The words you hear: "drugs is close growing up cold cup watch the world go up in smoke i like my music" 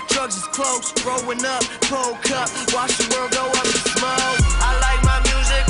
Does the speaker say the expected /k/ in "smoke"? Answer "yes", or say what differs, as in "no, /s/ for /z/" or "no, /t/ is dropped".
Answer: no, /k/ is dropped